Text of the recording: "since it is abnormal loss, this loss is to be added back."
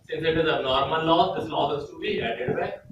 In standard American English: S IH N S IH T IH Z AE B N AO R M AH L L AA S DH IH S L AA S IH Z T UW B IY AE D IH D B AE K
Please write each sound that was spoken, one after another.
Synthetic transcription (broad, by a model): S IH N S IH T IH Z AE N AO R M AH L L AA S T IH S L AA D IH S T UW B IY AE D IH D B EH